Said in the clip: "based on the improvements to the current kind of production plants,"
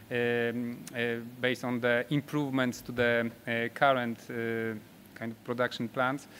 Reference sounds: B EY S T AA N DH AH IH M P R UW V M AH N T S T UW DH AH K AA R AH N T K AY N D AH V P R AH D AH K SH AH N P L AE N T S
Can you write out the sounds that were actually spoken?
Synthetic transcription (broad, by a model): B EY S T AA N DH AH IH M P R UW V M AH N T S T UW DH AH K AA R AH N T K AY N D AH F P R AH D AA K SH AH N P L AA N T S